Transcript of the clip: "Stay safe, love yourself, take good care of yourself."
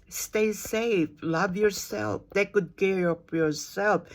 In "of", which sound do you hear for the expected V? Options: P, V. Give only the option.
P